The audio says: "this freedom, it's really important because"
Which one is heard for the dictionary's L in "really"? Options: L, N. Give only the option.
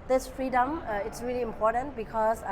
L